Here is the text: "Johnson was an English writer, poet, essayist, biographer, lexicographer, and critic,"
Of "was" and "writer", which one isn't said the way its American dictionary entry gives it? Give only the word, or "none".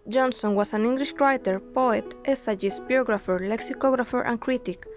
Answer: was